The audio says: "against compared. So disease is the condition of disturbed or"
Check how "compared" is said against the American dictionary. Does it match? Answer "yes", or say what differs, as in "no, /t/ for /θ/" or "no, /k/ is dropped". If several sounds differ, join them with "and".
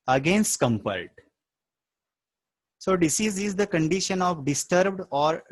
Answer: no, /l/ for /ɹ/